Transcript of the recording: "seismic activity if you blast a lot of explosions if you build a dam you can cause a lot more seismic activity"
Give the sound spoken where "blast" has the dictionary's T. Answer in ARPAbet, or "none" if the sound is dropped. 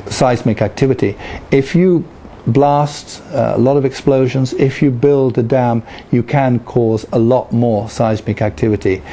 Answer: T